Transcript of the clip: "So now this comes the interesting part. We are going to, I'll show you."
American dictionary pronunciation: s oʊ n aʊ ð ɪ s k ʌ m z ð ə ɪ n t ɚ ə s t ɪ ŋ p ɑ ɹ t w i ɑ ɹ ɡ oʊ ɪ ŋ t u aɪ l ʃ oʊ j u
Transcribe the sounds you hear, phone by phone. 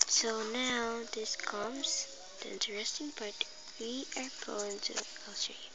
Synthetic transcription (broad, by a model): s oʊ n aʊ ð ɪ s k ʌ m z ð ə ɪ n t ɚ ə s t ɪ ŋ p ɑ ɹ t w i ɑ ɹ ɡ oʊ ɪ ŋ t u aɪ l s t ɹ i